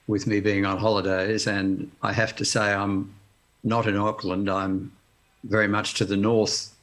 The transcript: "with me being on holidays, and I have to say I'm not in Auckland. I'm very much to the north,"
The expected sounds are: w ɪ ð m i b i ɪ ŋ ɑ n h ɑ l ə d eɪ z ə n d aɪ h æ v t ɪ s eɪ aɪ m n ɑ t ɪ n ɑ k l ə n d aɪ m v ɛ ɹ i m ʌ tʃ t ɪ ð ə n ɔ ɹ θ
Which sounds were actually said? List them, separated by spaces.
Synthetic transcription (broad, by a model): w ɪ ð m i b i ɪ ŋ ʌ n h ɑ l ə d eɪ z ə n aɪ h æ f t ɪ s eɪ aɪ m n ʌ t ɪ n ɑ k l ə n d aɪ m v ɛ ɹ i m ʌ tʃ t ɪ ð ə n ɔ ɹ θ